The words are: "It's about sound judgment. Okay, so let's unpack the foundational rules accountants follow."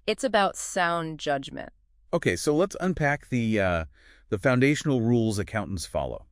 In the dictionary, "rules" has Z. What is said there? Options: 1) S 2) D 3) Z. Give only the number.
3